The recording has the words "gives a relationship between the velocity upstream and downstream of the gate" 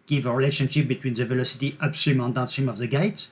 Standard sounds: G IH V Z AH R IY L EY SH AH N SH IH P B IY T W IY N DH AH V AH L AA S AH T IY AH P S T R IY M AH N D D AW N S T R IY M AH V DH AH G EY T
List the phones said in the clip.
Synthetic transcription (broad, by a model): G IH V AH R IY L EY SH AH N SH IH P B IY T W IY N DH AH V AH L AA S AH T IY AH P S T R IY M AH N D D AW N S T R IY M AH V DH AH G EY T